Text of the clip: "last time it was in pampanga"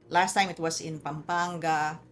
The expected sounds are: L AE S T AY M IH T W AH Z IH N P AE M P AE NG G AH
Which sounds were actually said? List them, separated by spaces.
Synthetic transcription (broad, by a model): L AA S T AY M IH T W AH S IH N P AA M P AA NG G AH